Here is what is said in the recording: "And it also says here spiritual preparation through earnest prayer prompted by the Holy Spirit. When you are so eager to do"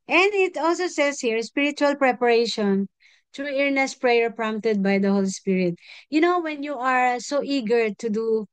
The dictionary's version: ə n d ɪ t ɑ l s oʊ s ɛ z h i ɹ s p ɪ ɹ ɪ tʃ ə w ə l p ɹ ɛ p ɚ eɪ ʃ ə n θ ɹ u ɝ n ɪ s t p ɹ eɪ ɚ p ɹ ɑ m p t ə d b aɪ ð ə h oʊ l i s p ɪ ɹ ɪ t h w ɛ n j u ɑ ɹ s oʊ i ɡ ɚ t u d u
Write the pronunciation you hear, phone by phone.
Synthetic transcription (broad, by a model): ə n d ɪ t ɑ l s oʊ s ɛ s h i ɹ s p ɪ ɹ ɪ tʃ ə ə l p ɹ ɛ p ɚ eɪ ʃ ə n t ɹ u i n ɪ s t p ɹ eɪ ɚ p ɹ ɑ m p t ə d b aɪ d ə h oʊ l i s p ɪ ɹ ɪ t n w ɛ n j u ɑ ɹ s oʊ i ɡ ɚ t u d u